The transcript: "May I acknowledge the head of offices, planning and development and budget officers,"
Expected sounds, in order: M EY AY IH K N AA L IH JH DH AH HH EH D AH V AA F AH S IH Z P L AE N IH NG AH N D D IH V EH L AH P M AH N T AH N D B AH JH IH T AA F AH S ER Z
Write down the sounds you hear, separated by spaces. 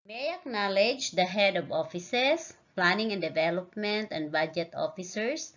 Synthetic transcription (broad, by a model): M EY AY IH K N AA L IH JH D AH HH EH D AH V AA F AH S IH S P L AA N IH NG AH N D D IH V EH L AH P M AH N T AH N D B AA JH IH T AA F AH S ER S